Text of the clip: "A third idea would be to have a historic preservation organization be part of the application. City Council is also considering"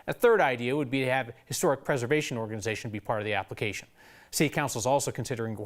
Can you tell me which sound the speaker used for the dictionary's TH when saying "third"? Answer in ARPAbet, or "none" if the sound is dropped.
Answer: TH